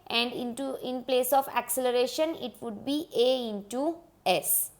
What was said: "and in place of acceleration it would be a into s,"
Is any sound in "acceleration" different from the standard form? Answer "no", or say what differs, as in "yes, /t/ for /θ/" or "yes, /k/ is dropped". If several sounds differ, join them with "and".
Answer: no